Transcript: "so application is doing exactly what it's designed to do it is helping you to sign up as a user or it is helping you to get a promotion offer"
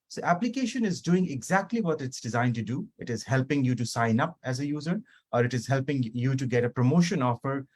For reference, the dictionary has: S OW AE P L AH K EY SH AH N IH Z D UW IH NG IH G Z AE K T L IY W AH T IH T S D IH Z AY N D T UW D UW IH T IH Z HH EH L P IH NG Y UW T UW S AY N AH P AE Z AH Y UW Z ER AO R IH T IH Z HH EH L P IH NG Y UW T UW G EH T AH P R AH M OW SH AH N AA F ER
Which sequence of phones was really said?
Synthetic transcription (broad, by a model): S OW AE P L AH K EY SH AH N IH Z D UW IH NG IH G Z AE K T L IY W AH T IH T S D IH Z AY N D T UW D UW IH T IH Z HH EH L P IH NG Y UW T UW S AY N AH P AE Z AH Y UW Z ER AO R IH T IH Z HH EH L P IH NG Y UW T UW G EH T AH P R AH M OW SH AH N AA F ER